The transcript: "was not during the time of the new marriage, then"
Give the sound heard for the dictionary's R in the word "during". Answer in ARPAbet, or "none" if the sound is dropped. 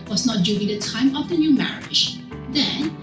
L